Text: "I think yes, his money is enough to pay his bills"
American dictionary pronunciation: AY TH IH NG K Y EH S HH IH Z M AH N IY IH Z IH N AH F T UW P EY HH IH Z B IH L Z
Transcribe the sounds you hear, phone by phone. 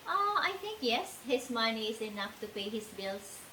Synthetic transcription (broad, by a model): AY T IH NG K Y EH S HH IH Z M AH N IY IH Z IH N AH F T UW P EY HH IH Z B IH L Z